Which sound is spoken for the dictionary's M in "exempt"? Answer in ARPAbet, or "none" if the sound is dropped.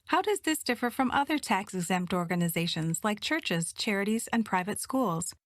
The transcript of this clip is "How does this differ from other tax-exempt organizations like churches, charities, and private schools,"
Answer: M